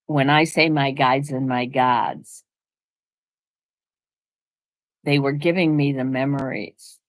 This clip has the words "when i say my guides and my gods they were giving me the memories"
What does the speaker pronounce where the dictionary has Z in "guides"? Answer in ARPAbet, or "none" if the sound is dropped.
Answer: Z